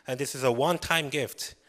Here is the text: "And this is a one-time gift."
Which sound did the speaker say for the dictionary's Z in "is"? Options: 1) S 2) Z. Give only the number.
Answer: 2